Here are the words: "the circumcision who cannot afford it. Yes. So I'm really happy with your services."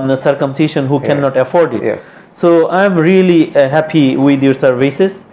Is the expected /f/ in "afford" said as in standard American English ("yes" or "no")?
yes